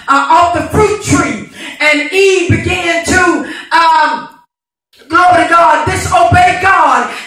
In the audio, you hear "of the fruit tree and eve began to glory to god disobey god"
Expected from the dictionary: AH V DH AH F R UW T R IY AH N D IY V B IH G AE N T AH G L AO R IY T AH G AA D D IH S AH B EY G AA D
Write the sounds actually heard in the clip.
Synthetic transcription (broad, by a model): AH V DH AH F R UW T R IY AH N IY B IH G AE N T AH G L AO IY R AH G AA D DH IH S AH B EY G AA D